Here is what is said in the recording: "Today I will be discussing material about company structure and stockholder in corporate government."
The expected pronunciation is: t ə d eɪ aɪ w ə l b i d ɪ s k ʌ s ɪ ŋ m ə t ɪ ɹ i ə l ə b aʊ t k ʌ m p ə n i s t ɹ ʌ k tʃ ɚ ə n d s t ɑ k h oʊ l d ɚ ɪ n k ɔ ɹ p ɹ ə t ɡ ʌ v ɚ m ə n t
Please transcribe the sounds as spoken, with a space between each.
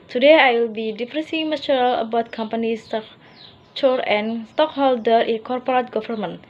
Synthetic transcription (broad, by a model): t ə d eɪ aɪ w ə l b i d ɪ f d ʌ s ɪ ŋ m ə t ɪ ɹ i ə l ə b aʊ t k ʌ m p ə n i s t ʌ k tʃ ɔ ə n s t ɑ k h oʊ l d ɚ ɪ n k ɔ ɹ p ɹ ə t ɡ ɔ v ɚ m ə n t